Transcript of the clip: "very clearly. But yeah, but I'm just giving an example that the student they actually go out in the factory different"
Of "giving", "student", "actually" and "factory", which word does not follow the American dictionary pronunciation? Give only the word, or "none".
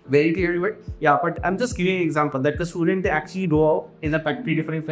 factory